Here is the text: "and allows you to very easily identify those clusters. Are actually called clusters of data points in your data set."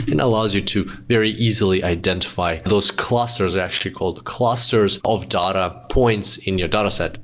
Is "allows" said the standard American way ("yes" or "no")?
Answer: yes